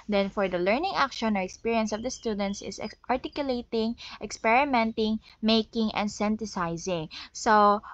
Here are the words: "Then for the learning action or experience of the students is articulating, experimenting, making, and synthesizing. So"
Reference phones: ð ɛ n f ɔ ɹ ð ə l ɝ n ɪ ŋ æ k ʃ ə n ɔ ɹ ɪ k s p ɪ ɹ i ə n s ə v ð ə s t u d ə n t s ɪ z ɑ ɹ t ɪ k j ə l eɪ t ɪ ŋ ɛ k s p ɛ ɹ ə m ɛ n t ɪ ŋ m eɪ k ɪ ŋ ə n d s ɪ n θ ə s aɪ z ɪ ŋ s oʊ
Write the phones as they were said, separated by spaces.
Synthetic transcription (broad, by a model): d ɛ n f ɔ ɹ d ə l ɝ n ɪ ŋ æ k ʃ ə n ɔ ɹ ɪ k s p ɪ ɹ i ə n s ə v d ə s t u d ə n t s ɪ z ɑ ɹ t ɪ k j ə l eɪ t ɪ ŋ ɛ k s p ɛ ɹ ə m ɛ n t ɪ ŋ m eɪ k ɪ ŋ ə n d s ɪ n t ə s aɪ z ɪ ŋ s oʊ